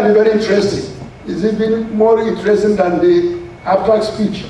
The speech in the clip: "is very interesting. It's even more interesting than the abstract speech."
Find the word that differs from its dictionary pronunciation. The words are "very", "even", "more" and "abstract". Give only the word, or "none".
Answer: abstract